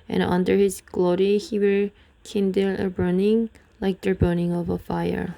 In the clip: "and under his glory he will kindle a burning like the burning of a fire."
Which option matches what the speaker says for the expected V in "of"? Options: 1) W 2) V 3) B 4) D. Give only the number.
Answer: 2